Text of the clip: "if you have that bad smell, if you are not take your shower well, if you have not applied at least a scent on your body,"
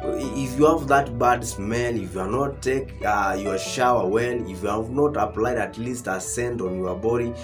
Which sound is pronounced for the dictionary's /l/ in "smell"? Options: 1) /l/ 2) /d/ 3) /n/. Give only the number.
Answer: 3